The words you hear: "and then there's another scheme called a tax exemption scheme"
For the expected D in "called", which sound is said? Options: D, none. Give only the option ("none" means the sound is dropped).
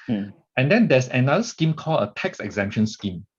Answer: none